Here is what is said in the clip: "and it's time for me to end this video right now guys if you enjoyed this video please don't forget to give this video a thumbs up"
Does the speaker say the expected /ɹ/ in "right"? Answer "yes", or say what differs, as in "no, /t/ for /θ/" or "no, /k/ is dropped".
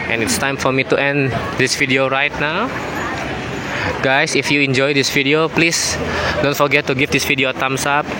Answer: yes